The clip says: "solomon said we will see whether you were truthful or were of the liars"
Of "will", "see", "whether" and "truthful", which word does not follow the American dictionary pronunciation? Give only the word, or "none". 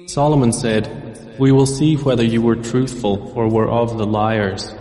none